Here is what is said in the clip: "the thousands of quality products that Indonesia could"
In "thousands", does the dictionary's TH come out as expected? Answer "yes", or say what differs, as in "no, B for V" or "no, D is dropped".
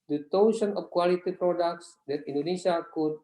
no, T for TH